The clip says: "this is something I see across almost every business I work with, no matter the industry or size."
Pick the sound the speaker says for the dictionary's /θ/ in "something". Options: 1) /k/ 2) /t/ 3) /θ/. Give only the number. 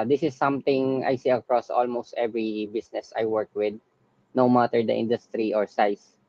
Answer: 2